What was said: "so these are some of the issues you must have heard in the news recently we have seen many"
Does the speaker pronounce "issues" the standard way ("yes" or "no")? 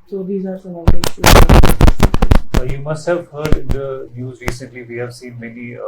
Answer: no